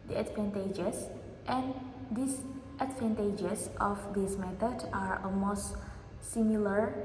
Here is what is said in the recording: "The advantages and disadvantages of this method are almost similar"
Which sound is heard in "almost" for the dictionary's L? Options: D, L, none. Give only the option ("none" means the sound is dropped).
none